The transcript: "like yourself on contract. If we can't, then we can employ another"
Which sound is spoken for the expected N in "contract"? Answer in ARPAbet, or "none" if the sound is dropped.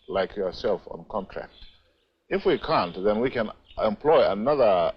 N